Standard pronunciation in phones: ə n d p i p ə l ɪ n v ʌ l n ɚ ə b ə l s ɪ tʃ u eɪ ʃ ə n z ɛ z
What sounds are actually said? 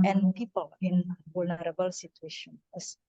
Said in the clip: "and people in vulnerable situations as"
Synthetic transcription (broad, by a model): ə n p i p ə l ɪ n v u l n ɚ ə b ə l s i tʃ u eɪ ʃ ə n ɛ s